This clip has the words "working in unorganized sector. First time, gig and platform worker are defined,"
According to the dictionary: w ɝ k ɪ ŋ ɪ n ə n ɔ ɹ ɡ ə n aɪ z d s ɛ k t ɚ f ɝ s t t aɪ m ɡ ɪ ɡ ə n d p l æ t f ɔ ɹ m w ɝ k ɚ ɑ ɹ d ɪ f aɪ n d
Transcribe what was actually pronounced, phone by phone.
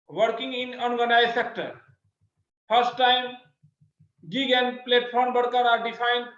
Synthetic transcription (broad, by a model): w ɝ k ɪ ŋ ɪ n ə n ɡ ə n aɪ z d s ɛ k t ɚ p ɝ s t t aɪ m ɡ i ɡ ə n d p l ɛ t p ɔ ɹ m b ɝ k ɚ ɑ ɹ d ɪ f aɪ n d